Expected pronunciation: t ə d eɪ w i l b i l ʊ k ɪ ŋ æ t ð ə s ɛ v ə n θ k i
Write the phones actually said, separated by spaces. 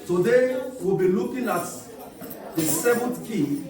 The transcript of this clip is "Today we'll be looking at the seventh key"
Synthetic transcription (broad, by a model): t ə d eɪ w i l b i l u k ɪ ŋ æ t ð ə s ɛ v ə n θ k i